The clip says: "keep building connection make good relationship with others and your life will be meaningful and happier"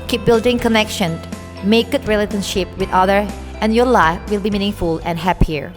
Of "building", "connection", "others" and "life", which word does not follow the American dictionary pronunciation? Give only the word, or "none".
others